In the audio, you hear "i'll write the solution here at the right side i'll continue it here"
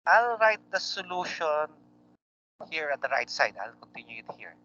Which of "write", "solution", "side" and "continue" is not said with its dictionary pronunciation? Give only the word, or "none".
none